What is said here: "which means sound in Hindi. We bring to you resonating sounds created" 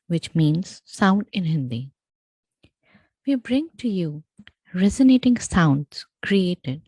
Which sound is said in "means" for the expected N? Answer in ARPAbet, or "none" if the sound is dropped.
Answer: N